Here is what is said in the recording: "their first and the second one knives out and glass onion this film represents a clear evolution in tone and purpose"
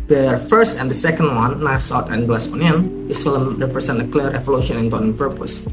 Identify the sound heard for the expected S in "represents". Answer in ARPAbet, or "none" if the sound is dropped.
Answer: none